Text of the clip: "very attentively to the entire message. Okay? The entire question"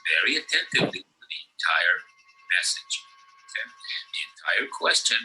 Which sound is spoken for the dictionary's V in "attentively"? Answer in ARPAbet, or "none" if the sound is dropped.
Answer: V